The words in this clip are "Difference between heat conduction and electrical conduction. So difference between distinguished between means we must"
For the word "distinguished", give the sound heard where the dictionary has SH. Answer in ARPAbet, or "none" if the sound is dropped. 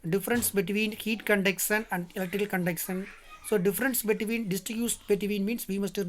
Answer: S